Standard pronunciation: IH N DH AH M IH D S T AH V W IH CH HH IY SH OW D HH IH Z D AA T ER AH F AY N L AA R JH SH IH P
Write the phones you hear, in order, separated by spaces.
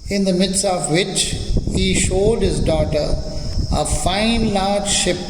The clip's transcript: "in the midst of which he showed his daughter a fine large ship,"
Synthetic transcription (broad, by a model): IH N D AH M IH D S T AH V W IH CH HH IY SH OW D HH IH Z D AA T ER AH F AY N L AA R JH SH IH P